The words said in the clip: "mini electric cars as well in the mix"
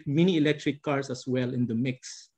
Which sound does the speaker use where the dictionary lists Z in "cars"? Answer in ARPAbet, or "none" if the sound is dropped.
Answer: S